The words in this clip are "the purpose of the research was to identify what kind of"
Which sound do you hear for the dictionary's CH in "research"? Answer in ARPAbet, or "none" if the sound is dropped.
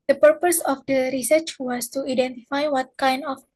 CH